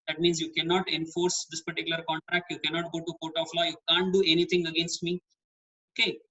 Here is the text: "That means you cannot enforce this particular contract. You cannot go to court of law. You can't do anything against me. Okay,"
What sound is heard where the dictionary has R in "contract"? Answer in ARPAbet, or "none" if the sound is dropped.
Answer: R